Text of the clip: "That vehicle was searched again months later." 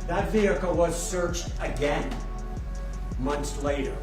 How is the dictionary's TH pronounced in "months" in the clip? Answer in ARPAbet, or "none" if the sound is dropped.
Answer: TH